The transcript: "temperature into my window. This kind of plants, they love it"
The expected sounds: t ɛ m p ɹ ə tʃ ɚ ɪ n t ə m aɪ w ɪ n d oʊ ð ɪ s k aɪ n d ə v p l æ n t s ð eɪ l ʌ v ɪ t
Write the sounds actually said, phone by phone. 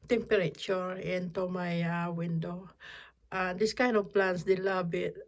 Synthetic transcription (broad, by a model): t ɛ m p ɹ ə tʃ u ɪ n t ə m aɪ w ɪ n d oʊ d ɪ s k aɪ n d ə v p l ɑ n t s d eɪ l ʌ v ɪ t